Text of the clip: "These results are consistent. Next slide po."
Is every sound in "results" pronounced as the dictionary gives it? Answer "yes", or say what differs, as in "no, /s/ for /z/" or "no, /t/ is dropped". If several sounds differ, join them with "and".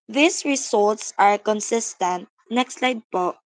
no, /s/ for /z/